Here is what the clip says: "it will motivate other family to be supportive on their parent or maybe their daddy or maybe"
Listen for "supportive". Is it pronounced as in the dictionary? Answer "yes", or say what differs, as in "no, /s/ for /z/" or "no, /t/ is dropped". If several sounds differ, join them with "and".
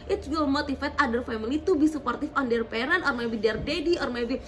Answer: no, /f/ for /v/